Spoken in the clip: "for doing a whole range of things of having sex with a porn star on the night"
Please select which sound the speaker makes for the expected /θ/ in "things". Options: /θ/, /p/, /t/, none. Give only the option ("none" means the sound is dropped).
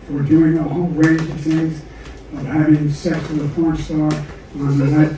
/θ/